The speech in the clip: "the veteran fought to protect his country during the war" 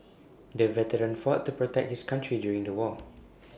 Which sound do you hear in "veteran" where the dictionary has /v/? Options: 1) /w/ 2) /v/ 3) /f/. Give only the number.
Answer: 2